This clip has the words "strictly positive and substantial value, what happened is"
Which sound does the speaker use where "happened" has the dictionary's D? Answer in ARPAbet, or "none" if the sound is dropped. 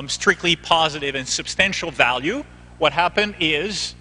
D